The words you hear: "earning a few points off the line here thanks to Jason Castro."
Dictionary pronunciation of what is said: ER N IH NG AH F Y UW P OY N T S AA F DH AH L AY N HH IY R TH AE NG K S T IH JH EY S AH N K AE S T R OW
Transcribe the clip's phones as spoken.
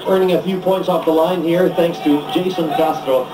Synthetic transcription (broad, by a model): ER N IH NG AH F Y UW P OY N T S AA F DH AH L AY N HH IY R TH AE NG K S T IH JH EY S AH N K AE S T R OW